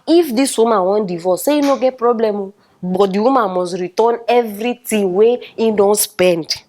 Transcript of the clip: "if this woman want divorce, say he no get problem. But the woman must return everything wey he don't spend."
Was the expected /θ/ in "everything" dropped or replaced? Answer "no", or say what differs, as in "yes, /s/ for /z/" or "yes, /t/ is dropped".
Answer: yes, /t/ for /θ/